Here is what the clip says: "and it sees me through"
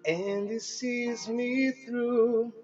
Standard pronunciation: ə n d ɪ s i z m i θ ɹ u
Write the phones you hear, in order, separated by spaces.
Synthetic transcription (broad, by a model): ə n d ɪ s i z m i θ ɹ u